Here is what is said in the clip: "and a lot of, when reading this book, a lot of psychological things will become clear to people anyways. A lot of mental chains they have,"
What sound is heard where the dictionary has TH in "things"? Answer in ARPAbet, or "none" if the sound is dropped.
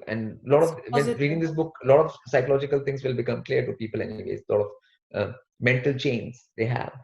T